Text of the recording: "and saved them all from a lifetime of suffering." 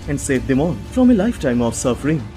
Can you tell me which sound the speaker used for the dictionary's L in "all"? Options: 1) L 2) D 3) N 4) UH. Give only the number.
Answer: 3